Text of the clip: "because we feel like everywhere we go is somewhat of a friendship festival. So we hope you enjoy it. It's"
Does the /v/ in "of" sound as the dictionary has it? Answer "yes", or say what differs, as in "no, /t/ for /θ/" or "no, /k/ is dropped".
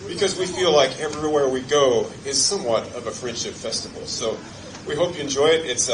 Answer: yes